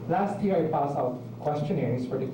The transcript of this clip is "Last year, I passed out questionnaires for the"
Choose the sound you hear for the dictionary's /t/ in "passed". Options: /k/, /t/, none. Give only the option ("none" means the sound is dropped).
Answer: none